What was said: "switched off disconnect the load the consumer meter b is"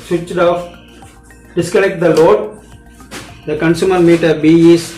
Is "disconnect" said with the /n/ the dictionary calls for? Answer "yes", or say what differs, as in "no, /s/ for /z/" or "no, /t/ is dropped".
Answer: no, /l/ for /n/